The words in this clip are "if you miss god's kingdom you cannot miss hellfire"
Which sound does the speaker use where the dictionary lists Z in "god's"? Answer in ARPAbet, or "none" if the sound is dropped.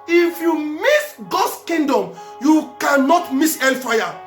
S